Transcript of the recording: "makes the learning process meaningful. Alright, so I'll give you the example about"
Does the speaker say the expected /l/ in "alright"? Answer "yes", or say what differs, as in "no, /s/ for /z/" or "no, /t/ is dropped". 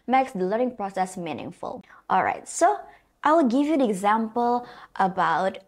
yes